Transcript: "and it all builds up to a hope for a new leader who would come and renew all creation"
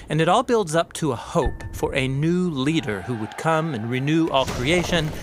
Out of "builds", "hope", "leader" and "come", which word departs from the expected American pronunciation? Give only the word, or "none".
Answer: none